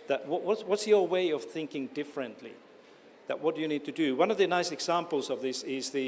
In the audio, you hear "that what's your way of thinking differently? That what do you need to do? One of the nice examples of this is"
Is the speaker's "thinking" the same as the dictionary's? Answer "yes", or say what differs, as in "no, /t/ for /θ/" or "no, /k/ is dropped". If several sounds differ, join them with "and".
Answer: yes